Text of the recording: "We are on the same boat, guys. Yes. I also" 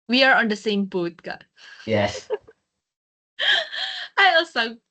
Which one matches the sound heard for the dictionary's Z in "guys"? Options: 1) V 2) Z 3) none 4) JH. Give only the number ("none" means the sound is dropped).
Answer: 3